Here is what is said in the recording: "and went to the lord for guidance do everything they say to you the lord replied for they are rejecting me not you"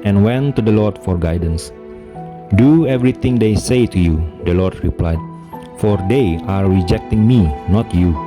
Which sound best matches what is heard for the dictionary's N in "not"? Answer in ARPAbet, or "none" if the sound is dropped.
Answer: N